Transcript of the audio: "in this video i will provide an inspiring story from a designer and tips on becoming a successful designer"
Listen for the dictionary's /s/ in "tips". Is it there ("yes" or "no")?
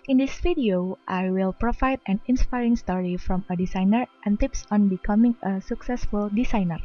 yes